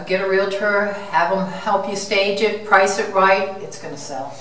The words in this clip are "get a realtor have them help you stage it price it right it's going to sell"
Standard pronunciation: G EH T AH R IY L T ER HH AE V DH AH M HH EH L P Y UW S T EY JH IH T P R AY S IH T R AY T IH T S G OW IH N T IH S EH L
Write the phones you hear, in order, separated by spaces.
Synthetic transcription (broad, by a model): G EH T AH R IY L T ER HH AE V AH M HH EH L P Y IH S T EY JH IH T P R AY S IH T R AY T IH T S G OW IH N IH S EH L